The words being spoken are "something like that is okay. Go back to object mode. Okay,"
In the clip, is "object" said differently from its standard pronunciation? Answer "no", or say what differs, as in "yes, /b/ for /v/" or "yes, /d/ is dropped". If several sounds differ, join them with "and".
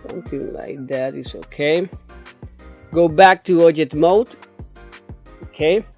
yes, /b/ is dropped and /k/ is dropped